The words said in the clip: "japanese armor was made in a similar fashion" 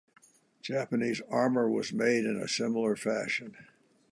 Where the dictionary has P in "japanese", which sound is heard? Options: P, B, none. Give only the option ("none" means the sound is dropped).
P